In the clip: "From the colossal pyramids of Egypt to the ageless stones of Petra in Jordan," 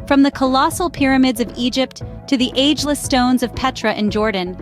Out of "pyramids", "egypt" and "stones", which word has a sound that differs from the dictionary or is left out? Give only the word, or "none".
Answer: none